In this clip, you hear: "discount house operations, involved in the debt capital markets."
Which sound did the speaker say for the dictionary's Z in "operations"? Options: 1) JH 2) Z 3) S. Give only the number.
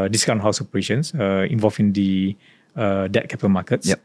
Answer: 3